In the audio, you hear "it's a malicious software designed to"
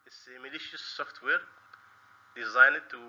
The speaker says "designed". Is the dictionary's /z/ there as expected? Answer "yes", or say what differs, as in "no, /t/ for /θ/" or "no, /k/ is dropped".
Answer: yes